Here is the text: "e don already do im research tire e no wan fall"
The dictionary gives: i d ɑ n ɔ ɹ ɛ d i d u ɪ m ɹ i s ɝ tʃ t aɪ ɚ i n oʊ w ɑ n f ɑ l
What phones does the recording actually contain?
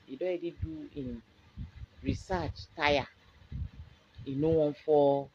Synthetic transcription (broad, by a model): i d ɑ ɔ ɛ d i d u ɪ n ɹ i s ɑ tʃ t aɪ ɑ i n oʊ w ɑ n f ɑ